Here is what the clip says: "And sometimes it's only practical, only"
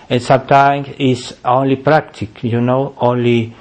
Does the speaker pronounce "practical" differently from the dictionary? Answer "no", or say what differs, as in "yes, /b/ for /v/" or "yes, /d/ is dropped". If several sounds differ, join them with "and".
yes, /n/ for /l/